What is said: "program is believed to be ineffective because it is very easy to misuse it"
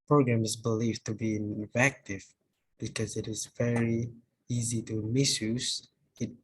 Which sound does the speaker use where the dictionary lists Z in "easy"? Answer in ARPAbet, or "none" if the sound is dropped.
Z